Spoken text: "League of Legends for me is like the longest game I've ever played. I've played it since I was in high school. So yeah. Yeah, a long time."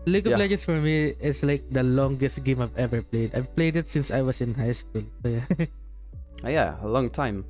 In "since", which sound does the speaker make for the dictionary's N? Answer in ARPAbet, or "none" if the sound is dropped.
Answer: N